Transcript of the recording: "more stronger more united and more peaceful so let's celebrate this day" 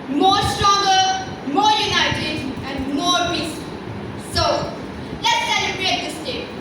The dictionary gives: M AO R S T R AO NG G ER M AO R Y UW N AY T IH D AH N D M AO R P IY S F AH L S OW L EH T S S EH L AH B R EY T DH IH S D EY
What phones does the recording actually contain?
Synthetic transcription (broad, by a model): M AO S T R AO NG G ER M AO Y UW N AY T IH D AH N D M AO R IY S AH S OW L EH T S S EH L AH B R EY T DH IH S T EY